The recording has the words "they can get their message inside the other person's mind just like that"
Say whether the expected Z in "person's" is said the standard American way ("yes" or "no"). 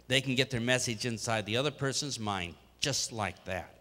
yes